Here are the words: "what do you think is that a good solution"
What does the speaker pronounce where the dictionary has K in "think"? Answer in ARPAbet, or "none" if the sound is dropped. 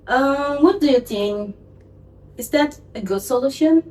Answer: none